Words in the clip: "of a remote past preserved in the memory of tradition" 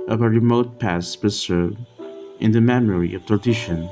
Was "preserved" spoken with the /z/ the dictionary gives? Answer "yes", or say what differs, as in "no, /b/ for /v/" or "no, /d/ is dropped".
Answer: no, /s/ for /z/